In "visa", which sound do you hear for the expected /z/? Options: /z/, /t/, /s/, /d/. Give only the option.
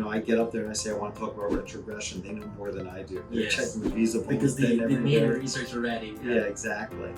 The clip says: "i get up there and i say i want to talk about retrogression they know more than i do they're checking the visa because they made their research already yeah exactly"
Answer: /z/